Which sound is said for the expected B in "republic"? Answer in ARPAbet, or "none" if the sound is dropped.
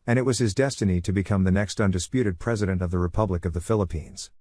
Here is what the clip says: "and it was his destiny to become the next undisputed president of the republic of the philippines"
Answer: B